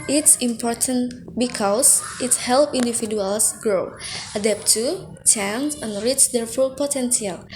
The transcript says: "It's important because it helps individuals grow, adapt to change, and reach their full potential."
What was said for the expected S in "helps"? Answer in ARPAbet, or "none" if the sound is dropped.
none